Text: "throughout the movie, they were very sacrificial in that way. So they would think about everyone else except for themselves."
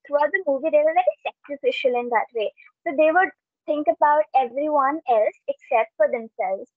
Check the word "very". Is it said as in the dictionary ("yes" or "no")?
no